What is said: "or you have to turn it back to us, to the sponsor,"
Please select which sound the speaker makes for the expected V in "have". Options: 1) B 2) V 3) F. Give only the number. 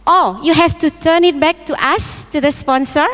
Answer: 3